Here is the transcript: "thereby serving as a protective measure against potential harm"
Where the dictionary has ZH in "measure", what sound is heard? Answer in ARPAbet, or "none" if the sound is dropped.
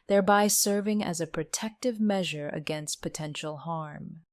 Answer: ZH